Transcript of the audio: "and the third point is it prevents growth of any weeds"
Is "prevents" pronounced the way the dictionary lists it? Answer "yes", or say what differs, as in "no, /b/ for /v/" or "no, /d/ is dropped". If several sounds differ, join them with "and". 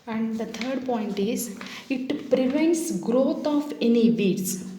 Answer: yes